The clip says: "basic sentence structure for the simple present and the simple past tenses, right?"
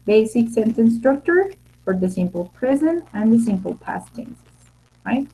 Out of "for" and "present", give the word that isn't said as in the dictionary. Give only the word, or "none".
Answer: present